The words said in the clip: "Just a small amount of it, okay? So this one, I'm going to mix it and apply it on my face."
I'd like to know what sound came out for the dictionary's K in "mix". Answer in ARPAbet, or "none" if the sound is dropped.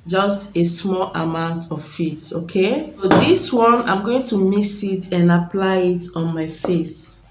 none